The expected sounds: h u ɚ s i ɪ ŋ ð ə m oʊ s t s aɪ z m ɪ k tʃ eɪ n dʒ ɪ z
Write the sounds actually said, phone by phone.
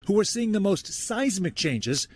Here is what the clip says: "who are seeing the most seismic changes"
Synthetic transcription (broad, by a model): h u ɚ s i ɪ ŋ ð ə m oʊ s t s aɪ z m ɪ k tʃ eɪ n dʒ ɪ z